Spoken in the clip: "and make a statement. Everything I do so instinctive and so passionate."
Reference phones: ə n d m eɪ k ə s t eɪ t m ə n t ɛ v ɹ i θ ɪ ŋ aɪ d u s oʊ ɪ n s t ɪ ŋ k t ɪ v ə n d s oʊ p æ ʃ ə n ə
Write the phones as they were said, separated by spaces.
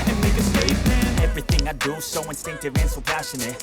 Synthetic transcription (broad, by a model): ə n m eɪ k ə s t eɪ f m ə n ɛ v ɹ i θ ɪ ŋ aɪ d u s oʊ ɪ n s t ɪ ŋ k t ɪ v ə n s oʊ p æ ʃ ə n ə